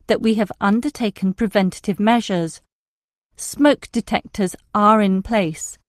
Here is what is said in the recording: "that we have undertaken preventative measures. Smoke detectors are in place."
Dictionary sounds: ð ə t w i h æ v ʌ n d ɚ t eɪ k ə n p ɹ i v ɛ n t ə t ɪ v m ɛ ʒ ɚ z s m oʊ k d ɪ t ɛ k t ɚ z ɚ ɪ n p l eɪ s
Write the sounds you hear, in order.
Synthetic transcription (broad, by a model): ð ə t w i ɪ v ʌ n d ɚ t eɪ k ə n p ɹ i v ɛ n t ə t ɪ v m ɛ ʒ ɚ z s m oʊ k d ɪ t ɛ k t ɚ z ɚ ɪ n p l eɪ s